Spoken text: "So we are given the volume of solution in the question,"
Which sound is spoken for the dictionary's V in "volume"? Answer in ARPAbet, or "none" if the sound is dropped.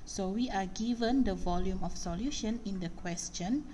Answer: V